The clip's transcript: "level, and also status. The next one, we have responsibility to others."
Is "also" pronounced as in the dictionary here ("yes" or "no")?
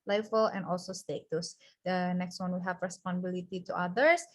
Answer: yes